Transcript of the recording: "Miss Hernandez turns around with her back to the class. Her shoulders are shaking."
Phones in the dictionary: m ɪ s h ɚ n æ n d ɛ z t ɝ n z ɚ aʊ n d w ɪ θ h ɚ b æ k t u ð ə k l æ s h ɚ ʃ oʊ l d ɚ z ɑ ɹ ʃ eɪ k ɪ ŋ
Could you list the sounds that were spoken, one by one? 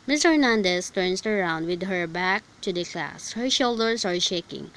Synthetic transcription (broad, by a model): m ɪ s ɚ n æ n d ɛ s t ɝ n s ɚ aʊ n d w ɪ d h ɚ b æ k t u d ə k l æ s h ɚ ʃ oʊ l d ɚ s ɑ ɹ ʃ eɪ k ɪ ŋ